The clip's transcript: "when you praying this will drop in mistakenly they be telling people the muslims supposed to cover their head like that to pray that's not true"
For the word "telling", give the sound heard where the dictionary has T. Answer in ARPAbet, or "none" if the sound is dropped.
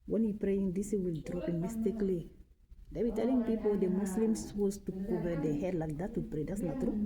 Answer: T